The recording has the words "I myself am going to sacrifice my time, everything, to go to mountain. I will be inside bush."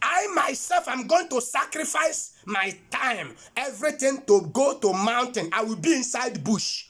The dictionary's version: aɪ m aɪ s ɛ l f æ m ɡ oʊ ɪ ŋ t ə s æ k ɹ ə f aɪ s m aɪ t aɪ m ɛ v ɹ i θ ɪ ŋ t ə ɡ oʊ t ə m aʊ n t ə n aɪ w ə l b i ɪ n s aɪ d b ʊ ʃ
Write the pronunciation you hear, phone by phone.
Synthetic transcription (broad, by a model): aɪ m aɪ s ɛ l f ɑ m ɡ oʊ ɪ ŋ t ə s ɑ k ɹ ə f aɪ s m aɪ t aɪ m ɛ v ɹ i t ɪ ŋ t ə ɡ oʊ t ə m aʊ n t ə n aɪ w ə l b i ɪ n s aɪ d b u ʃ